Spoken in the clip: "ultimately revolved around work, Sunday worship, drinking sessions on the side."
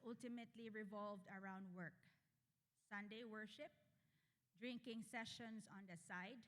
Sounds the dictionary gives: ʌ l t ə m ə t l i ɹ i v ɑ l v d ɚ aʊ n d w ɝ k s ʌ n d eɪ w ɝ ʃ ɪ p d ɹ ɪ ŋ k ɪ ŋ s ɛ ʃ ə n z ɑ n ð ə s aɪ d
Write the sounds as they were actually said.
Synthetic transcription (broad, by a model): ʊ l t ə m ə t l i ɹ i v ɑ l v d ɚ aʊ n d w ɝ k s ʌ n d eɪ w ɝ ʃ ɪ p d ɹ ɪ ŋ k ɪ ŋ s ɛ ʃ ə n s ɑ n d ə s aɪ d